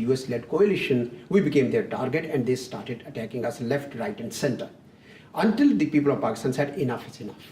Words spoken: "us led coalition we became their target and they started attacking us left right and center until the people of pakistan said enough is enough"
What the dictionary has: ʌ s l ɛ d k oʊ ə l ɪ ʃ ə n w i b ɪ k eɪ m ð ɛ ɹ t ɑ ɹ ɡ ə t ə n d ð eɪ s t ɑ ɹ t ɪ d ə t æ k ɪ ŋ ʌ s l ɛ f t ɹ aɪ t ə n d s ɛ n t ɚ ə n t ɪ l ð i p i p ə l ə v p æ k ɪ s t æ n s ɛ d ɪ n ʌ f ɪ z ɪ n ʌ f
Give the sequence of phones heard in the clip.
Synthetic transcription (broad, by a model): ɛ s l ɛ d k oʊ ə l ɪ ʃ ə n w i b ɪ k eɪ m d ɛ ɹ t ɑ ɹ ɡ ə t ə n d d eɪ s t ɑ ɹ t ɪ d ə t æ k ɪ ŋ ʌ s l ɛ f t ɹ aɪ t ə n d s ɛ n t ɚ ə n t ɪ l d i p i p ə l ə v p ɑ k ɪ s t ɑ n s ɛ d ɪ n ʌ f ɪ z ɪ n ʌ f